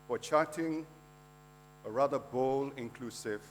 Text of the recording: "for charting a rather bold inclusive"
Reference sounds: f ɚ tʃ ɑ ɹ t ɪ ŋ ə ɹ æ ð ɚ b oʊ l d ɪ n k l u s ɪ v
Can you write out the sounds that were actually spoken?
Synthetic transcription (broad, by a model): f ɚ tʃ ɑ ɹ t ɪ ŋ ə ɹ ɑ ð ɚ b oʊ l ɪ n k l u s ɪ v